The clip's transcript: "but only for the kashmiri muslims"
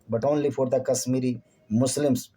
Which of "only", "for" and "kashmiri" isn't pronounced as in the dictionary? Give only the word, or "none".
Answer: kashmiri